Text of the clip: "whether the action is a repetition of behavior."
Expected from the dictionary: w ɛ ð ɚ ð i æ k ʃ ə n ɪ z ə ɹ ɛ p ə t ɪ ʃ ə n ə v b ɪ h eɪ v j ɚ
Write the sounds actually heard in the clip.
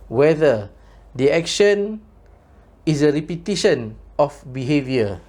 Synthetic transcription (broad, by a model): w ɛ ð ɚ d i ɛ k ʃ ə n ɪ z ə ɹ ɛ p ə t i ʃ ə n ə f b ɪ h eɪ v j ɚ